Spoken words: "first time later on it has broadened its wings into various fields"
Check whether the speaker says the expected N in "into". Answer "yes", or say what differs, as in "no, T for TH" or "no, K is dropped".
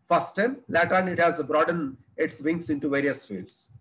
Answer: yes